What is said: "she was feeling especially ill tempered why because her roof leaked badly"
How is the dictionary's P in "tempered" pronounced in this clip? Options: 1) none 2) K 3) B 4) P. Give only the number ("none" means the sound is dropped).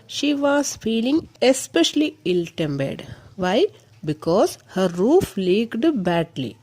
3